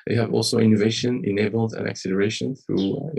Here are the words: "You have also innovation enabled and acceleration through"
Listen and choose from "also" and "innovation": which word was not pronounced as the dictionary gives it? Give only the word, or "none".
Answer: none